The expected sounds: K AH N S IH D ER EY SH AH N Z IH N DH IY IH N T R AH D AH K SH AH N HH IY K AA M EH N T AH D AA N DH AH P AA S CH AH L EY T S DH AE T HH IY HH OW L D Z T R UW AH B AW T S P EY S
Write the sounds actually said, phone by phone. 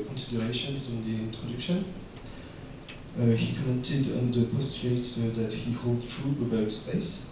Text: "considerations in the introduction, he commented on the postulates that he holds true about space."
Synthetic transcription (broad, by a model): K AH N S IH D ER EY SH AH N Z IH N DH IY IH N T R AH D AH K SH AH N HH IY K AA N T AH D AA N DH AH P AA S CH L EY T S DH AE T HH IY HH OW L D T R UW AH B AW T S P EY S